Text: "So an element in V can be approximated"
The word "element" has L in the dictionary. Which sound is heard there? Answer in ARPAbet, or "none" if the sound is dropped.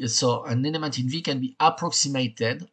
N